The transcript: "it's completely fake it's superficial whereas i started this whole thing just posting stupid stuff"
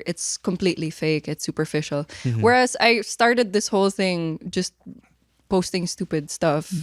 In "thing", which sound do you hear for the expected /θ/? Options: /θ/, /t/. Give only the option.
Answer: /θ/